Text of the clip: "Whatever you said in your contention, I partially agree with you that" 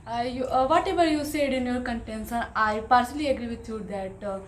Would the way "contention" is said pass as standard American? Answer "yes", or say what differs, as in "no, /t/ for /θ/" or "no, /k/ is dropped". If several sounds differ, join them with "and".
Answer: no, /s/ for /ʃ/